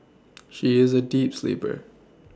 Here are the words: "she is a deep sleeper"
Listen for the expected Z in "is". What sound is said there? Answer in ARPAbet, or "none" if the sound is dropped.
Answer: Z